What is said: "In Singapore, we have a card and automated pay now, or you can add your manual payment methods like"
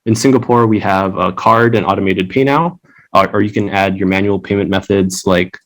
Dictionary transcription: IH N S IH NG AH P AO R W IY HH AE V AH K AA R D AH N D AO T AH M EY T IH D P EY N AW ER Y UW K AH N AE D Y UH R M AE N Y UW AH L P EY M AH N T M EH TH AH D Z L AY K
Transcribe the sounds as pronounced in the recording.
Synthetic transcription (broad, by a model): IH N S IH NG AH P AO R W IY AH V AH K AA R D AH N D AO T AH M EY T IH D P EY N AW ER Y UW K AH N AE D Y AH R M AE N Y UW L P EY M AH N M EH TH AH D Z L AY K